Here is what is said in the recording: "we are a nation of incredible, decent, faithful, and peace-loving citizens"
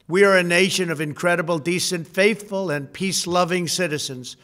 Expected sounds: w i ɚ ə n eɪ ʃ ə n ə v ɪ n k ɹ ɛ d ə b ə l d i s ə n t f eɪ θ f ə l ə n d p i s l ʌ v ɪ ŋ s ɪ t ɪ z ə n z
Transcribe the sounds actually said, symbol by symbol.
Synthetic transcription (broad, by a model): w i ɚ ə n eɪ ʃ ə n ə v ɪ n k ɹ ɛ d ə b l d i s ə n t f eɪ θ f ə l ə n p i s l ʌ v ɪ ŋ s ɪ t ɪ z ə n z